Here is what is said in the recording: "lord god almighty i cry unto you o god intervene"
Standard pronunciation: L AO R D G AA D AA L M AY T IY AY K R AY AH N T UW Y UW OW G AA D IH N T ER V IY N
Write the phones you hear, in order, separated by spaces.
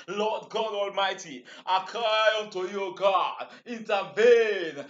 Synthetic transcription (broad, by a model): L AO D G AA D AA L M AY T IY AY K R AY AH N T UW Y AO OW G AA D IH N T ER V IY N